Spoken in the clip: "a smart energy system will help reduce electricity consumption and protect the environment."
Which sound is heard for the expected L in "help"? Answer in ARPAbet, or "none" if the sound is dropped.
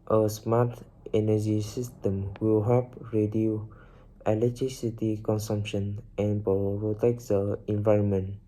none